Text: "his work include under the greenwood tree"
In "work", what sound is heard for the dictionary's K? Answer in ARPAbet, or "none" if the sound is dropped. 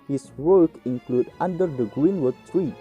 K